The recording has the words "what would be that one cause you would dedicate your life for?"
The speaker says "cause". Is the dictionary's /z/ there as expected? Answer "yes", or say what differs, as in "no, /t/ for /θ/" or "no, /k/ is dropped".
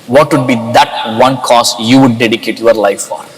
no, /s/ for /z/